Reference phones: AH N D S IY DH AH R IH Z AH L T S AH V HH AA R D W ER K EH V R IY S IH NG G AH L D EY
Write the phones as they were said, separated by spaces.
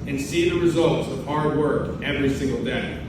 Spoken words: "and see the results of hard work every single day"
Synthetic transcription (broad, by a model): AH N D S IY DH AH R IH Z AH L T S AH V HH AA R D W ER K EH V R IY S IH NG G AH L D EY